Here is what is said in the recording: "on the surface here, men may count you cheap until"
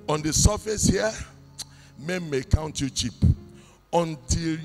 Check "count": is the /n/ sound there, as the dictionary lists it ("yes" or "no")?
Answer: yes